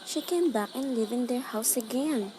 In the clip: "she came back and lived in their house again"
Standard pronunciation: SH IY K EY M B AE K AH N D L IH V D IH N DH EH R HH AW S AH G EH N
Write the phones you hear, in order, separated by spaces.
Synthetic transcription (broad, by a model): SH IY K EY M B AE K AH N L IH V IH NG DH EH R HH AW S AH G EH N